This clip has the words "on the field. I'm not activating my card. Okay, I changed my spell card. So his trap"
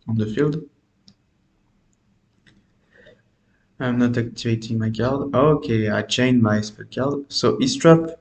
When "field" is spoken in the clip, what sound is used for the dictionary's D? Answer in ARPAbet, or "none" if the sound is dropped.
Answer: D